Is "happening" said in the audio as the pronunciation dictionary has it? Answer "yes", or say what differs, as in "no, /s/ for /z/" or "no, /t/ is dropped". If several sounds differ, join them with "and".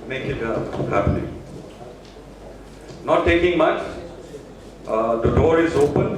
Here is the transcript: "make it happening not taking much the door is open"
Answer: no, /l/ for /n/